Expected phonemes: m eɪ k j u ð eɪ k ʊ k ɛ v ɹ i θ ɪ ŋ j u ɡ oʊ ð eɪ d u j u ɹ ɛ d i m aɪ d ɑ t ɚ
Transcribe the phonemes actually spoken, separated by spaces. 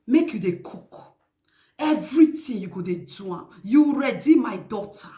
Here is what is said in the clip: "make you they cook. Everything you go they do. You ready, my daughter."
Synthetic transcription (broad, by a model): m eɪ k j u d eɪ k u k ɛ v ɹ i t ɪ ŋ j u ɡ oʊ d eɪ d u j u ɹ ɛ d i m aɪ d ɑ t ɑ